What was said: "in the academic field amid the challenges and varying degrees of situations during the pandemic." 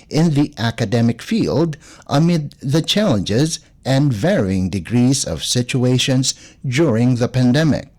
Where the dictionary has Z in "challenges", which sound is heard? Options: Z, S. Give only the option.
Z